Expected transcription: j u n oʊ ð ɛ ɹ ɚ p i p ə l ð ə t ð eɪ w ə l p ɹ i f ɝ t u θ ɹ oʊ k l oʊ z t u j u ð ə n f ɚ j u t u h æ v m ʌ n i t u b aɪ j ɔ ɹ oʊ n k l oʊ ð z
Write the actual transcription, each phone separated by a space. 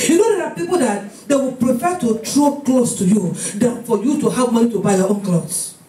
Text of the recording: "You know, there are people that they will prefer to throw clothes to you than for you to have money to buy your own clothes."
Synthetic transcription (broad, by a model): j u n oʊ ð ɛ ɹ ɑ p i p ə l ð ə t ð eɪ w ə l p ɹ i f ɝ t u t ɹ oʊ k l oʊ s t u j u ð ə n f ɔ j u t u h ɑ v m ʌ n i t u b aɪ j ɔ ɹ oʊ n k l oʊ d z